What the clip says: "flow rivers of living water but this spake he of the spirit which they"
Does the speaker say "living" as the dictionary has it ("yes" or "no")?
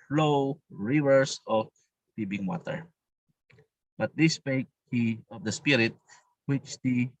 no